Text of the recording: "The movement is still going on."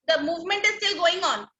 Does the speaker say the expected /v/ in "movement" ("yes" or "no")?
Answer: yes